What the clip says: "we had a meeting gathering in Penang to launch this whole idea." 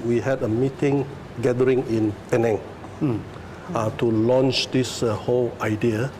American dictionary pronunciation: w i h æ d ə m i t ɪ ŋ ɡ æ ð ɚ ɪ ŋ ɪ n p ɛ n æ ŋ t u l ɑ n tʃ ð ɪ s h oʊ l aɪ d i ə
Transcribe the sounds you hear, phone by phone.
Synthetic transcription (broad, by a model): w i h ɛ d ə m i t ɪ ŋ ɡ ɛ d ɚ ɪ ŋ ɪ n p ɛ n æ ŋ t u l ɑ n tʃ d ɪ s h oʊ l aɪ d i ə